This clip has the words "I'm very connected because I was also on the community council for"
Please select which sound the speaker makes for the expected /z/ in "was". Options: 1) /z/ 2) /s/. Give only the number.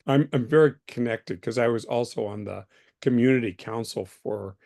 1